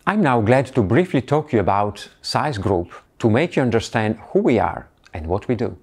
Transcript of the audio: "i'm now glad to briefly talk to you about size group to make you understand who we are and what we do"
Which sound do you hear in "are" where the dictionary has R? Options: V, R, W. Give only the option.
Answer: R